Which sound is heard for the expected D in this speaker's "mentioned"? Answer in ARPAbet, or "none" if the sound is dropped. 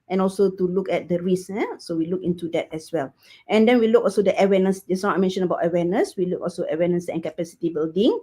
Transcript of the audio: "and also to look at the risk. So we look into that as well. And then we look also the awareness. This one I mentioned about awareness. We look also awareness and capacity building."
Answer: none